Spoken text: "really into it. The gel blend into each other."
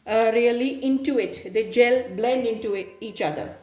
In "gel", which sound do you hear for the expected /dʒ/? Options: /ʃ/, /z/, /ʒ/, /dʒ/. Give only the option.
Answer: /dʒ/